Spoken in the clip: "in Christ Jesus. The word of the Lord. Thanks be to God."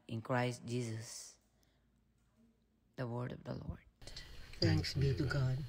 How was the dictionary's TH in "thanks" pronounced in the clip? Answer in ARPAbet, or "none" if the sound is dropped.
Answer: T